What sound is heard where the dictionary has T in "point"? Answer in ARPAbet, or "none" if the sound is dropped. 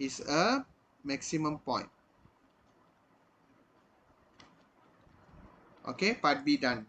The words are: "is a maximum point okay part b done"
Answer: T